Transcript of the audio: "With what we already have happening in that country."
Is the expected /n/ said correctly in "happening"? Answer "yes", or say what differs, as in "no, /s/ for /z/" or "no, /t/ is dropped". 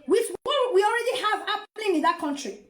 no, /l/ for /n/